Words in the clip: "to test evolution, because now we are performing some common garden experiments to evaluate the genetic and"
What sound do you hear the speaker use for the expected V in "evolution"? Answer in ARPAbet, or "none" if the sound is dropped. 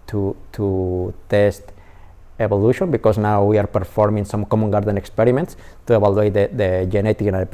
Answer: B